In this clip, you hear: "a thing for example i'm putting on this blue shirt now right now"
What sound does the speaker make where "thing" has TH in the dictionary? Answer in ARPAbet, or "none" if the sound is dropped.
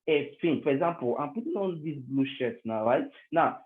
F